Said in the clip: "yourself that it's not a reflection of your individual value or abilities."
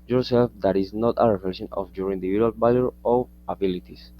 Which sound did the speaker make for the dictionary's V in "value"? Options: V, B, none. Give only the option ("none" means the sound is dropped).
B